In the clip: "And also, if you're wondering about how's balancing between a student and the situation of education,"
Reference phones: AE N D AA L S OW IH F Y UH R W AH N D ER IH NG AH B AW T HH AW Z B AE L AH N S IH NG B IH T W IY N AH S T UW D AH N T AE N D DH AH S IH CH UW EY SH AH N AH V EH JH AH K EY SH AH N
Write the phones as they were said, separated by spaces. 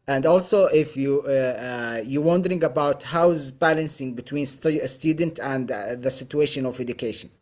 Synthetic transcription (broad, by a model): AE N D AA L S OW IH F Y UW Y W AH N D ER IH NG AH B AW T HH AW Z B AE L AH N S IH NG B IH T W IY N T S T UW D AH N T AE N D DH AH S IH CH UW EY SH AH N AH V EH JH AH K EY SH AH N